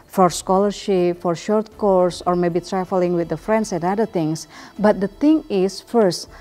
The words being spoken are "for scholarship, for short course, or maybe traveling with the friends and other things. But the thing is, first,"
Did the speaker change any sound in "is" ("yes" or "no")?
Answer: yes